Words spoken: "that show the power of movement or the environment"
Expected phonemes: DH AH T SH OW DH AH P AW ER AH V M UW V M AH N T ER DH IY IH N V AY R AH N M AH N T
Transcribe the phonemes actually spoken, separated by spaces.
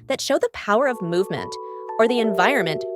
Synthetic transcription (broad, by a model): DH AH T SH OW DH AH P AW ER AH V M UW V M AH N T ER DH IY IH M V AY R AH N M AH N T